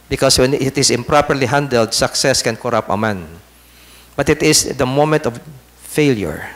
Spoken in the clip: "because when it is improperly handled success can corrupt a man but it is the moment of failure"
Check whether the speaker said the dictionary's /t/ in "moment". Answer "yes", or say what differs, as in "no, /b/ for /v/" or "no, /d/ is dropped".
yes